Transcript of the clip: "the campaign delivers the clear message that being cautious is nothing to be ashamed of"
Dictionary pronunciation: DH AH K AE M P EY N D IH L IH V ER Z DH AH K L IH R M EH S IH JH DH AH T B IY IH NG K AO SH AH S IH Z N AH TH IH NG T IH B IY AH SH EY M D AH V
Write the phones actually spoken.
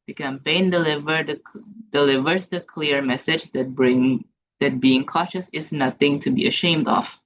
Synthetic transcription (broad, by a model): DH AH K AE M P EY N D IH L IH V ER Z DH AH K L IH R M EH S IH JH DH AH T B IY IH NG K AO SH AH S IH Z N AH TH IH NG T IH B IY AH SH EY M D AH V